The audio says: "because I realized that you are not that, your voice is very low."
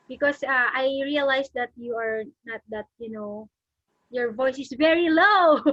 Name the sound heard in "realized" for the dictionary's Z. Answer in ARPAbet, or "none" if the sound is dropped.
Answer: S